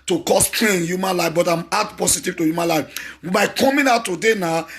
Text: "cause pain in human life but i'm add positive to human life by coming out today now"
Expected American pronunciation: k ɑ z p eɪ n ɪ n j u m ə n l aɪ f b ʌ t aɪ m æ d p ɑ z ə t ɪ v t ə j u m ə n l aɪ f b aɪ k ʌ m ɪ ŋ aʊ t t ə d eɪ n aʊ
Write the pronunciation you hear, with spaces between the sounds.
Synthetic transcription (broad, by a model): k ɑ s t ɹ ɪ n j u m ə n l aɪ f b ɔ t aɪ m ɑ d p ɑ s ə t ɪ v t ə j u m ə n l aɪ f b aɪ k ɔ m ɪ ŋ aʊ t t ə d eɪ n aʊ